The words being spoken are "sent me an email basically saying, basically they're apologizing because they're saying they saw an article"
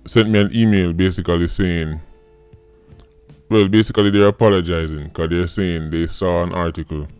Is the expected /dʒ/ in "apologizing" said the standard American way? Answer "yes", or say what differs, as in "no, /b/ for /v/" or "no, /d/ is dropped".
yes